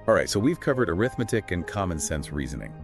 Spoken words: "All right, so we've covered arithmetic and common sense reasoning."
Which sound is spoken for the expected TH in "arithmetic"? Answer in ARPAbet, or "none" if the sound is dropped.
TH